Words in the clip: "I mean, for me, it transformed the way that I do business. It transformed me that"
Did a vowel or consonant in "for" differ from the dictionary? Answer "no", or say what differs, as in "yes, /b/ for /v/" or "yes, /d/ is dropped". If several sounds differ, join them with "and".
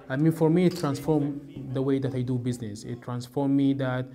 no